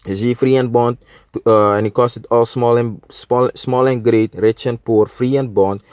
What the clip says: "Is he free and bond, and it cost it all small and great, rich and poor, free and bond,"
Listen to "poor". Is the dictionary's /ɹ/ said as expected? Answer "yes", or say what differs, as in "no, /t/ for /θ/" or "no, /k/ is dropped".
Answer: yes